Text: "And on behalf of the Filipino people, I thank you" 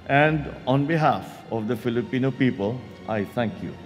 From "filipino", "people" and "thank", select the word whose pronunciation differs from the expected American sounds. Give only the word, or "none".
thank